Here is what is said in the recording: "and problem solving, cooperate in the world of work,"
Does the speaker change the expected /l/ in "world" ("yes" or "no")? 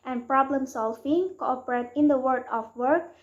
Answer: yes